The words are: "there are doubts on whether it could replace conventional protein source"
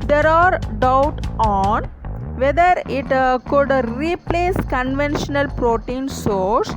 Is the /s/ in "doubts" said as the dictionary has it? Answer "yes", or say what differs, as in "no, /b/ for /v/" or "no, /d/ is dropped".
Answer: no, /s/ is dropped